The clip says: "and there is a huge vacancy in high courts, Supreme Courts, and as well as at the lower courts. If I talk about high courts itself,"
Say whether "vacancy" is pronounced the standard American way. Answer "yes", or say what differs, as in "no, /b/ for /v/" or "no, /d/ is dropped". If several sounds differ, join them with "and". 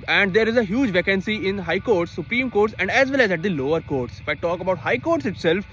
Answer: yes